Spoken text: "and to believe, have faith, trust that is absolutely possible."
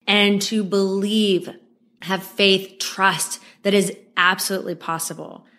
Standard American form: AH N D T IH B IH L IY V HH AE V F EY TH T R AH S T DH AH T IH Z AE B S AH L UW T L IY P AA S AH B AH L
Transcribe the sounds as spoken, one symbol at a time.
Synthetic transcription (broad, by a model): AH N T IH B IH L IY V HH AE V F EY TH T R AH S T DH AH T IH Z AE B S AH L UW T L IY P AA S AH B L